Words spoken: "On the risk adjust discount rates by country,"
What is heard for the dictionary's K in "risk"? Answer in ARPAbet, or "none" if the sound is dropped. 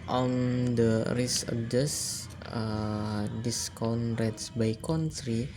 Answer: none